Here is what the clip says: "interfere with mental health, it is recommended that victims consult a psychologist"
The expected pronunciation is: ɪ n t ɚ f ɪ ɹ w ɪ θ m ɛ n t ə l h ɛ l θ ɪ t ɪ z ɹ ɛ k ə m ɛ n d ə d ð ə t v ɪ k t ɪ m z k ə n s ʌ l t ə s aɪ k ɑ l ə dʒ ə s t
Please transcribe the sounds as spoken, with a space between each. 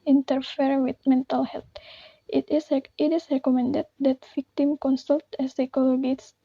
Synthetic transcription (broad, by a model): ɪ n t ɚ f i ɹ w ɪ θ m ɛ n t ə l h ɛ l s ɪ t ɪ s ɹ ɛ k ə m ɛ n d ə d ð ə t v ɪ k t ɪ m k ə n s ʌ l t ə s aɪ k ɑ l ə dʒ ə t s